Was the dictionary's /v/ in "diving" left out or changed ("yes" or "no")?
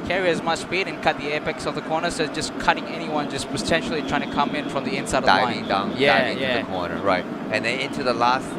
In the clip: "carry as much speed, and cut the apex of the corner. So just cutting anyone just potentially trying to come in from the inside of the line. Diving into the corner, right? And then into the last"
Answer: yes